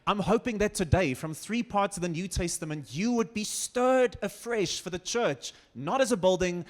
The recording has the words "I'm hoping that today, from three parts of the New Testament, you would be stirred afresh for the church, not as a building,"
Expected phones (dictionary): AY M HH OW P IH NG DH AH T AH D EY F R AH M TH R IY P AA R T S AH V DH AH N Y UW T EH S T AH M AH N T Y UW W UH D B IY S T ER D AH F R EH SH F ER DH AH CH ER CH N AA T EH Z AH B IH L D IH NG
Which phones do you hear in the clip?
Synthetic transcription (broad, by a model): AY M HH OW P IH NG DH AH T AH D EY F R AH M TH R IY P AA R T S AH V DH AH N Y UW T EH S T AH M AH N T Y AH W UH D B IY S T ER D AH F R EH SH F ER DH AH CH ER CH N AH T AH Z AH B IH L D IH NG